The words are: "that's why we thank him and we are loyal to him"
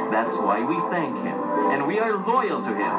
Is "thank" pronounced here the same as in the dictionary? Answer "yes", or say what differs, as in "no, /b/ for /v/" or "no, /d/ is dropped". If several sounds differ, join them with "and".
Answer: yes